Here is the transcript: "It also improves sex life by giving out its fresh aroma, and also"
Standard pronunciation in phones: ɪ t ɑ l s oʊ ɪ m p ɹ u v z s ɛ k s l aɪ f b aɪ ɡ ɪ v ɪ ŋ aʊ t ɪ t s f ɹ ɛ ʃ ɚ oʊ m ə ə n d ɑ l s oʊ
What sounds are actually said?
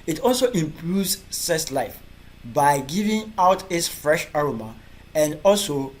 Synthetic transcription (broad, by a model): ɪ t ɑ l s oʊ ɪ m p ɹ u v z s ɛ s l aɪ f b aɪ ɡ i v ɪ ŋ aʊ t ɪ t s f ɹ ɛ ʃ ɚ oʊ m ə ə n d ɑ l s oʊ